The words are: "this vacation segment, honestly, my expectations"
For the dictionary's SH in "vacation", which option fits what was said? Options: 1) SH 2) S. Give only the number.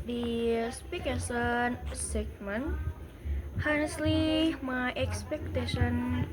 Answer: 2